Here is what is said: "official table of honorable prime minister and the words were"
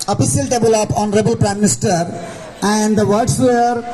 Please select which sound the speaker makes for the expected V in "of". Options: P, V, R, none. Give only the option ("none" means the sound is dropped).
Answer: P